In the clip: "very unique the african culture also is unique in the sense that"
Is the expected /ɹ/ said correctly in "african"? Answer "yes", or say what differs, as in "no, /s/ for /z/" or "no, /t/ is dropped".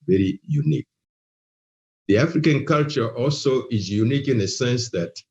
yes